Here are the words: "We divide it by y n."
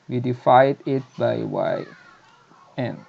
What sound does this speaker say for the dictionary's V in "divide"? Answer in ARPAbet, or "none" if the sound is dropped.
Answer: F